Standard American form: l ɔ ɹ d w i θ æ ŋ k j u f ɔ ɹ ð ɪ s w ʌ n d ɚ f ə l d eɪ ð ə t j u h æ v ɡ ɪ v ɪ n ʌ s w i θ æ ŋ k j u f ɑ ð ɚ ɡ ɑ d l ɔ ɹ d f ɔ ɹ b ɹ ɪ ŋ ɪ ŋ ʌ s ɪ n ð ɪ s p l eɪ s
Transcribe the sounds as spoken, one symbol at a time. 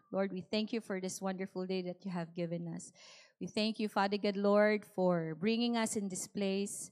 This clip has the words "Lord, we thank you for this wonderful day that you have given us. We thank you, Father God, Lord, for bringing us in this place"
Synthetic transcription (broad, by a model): l ɔ ɹ d w i θ æ ŋ k j u f ɔ ɹ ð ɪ s w ʌ n d ɚ f ə l d eɪ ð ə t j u h æ v ɡ ɪ v ɪ n ʌ s w i θ æ ŋ k j u f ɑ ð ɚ ɡ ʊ d l ɔ ɹ d f ɔ ɹ b ɹ ɪ ŋ ɪ ŋ ʌ s ɪ n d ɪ s p l eɪ s